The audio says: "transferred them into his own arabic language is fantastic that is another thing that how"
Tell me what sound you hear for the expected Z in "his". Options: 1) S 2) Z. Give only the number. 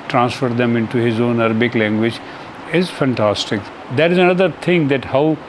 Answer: 2